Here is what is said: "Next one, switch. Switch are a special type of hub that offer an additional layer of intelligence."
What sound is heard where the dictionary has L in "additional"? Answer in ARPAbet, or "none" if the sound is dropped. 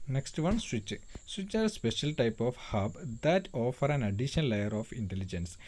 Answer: N